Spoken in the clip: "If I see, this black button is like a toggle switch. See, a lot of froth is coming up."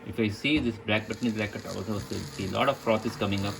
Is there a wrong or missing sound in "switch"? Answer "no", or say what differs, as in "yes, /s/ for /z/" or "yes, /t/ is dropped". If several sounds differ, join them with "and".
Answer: yes, /s/ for /tʃ/